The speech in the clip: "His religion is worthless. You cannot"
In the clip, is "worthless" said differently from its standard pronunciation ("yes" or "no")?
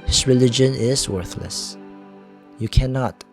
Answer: no